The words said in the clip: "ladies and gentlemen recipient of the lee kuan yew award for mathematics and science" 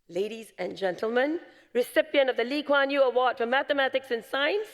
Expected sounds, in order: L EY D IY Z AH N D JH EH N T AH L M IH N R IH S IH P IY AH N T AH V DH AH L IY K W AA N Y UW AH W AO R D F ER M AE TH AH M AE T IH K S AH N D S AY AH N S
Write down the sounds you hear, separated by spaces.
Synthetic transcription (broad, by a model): L EY D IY Z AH N JH EH N T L M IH N R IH S IH P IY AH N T AH V DH AH L IY K W AA N Y UW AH W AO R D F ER M AE TH AH M AE T IH K S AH N S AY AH N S